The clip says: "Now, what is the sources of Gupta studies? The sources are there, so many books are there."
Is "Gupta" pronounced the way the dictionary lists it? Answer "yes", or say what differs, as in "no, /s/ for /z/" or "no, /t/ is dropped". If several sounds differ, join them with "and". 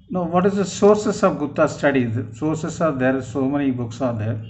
no, /p/ is dropped